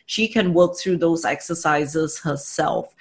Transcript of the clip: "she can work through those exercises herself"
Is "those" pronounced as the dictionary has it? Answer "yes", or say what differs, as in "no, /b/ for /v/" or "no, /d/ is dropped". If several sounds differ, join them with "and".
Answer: yes